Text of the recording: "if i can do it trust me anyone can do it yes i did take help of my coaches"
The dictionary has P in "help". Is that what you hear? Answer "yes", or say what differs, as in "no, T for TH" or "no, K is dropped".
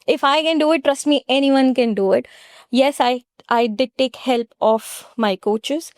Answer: yes